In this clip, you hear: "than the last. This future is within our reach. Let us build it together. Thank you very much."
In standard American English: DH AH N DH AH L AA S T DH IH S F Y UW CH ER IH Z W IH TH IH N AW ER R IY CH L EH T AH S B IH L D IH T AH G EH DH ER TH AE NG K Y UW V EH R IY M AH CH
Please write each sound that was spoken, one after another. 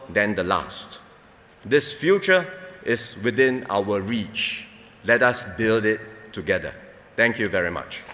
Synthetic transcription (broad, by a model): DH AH N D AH L AA S T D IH S F Y UW CH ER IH S W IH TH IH N AW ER R IY CH L EH T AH S B IH L D IH T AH G EH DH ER T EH NG K Y UW V EH R IY M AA CH